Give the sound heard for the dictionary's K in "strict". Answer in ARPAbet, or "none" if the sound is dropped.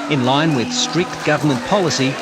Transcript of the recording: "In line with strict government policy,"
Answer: K